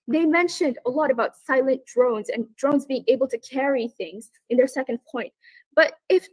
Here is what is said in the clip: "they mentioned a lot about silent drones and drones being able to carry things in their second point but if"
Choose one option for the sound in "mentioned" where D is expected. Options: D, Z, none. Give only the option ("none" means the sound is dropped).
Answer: D